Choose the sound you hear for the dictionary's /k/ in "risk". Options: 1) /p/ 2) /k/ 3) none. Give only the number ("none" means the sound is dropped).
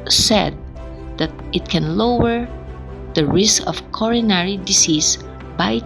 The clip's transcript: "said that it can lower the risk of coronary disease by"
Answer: 2